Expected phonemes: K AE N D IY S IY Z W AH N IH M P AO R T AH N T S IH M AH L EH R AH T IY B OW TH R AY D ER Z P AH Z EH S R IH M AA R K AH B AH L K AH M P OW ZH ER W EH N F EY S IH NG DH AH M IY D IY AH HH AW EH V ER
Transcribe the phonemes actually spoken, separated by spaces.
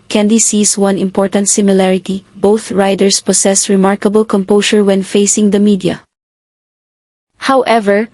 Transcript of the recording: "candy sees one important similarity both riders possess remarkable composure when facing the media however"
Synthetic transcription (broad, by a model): K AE N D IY S IY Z W AH N IH M P AO R T AH N T S IH M AH L EH R AH T IY B OW TH R AY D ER S P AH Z EH S R IH M AA R K AH B AH L K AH M P OW S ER W EH N F EY S IH NG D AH M IY D IY AH HH AW EH V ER